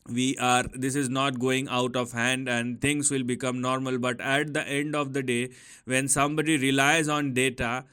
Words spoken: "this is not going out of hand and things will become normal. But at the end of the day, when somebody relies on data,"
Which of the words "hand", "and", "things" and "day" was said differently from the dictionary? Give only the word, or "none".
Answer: things